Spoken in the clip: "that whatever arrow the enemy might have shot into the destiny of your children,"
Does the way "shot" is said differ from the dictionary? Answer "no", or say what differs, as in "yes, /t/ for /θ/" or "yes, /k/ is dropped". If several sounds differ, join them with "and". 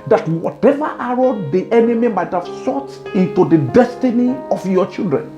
yes, /s/ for /ʃ/